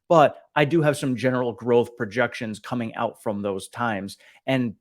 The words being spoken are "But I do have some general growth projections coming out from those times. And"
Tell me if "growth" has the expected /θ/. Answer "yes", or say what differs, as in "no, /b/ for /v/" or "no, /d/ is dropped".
yes